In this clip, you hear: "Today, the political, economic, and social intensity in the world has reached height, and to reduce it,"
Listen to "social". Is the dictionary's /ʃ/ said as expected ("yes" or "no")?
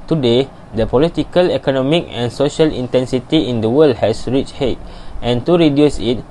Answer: yes